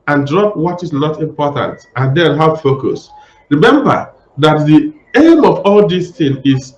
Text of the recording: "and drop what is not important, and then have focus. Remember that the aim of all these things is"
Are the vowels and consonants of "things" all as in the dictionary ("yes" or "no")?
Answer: no